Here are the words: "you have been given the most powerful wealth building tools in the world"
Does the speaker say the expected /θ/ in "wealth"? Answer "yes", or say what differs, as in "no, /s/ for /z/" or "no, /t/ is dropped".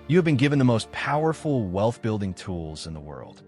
yes